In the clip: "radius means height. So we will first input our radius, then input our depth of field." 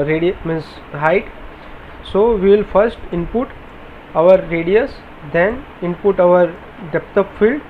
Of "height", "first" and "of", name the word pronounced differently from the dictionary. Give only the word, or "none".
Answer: of